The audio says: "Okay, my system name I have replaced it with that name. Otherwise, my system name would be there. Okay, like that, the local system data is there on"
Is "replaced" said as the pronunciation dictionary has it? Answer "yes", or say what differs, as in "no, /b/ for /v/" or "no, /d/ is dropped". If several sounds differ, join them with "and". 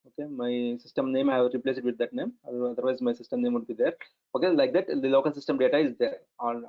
no, /t/ is dropped